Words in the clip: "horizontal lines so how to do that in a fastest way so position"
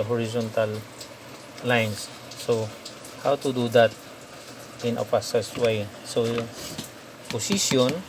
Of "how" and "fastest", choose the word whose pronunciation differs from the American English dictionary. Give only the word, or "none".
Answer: fastest